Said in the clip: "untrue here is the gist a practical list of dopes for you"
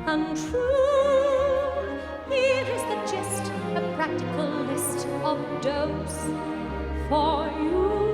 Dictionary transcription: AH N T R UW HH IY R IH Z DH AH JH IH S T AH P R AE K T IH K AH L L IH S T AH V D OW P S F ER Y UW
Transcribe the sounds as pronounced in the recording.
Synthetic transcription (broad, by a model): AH N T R UW HH IY R IH Z DH AH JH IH S T AH P R AE K T IH K AH L L IH S T AH V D OW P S F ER Y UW